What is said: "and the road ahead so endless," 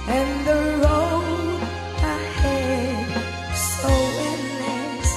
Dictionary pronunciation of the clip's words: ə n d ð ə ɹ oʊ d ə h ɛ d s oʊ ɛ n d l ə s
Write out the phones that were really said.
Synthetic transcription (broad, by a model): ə n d ð ə l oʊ ə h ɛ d s oʊ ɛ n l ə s